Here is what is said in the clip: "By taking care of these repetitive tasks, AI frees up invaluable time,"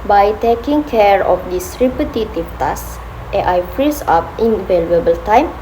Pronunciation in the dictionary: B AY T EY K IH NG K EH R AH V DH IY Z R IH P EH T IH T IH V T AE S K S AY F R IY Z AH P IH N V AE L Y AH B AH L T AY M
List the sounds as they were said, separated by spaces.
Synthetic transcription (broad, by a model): B AY T EY K IH NG K EH R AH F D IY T R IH B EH T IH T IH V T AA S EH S AY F R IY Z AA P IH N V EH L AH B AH L T AY M